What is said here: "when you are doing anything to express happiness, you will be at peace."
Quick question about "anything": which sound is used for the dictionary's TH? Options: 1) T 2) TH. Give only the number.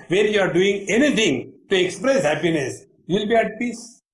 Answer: 1